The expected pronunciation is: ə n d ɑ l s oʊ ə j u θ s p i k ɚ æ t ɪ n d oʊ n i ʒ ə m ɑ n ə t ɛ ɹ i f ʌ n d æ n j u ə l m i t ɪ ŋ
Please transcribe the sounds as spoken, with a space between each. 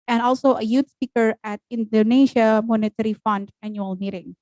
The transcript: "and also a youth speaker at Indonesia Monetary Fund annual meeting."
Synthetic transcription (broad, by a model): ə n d ɑ l s oʊ ə j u t s p i k ɚ æ t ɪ n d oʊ n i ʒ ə m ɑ n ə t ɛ ɹ i f ʌ n d æ n j u ə l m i t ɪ ŋ